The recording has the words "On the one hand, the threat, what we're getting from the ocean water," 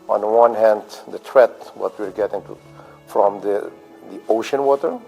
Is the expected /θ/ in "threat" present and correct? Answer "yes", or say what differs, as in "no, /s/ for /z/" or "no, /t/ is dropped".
no, /t/ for /θ/